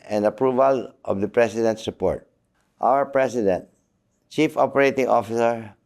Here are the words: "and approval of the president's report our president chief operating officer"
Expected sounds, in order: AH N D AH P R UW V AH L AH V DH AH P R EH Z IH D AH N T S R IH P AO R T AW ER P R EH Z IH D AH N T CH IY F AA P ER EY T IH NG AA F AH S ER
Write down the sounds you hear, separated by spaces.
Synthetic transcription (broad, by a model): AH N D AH P R UW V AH L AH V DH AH P R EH S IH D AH N T S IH P AO R T AW ER P R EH S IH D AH N T CH IY F AA P ER EY T IH NG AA F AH S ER